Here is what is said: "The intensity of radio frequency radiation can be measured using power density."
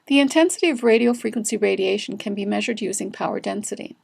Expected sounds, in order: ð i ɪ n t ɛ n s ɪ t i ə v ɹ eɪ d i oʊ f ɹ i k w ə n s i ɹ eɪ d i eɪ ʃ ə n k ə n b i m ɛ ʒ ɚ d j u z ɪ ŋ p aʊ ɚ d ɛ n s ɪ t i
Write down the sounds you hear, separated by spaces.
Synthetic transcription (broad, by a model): ð i ɪ n t ɛ n s ɪ t i ə v ɹ eɪ d i oʊ f ɹ i k w ə n s i ɹ eɪ d i eɪ ʃ n k ə n b i m ɛ ʒ ɚ d j u z ɪ ŋ p aʊ ɚ d ɛ n s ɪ t i